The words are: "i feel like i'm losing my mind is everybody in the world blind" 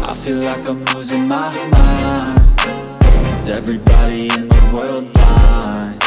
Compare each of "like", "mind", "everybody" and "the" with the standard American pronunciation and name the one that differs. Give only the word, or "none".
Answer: mind